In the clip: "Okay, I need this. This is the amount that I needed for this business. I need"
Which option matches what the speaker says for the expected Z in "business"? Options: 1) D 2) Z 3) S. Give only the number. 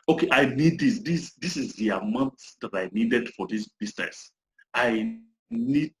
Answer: 3